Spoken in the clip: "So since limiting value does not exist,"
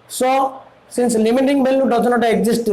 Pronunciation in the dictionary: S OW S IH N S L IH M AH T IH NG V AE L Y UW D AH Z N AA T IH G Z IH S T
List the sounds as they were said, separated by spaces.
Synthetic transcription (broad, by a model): S OW S IH N S L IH M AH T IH NG B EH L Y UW D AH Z N AA T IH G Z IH S T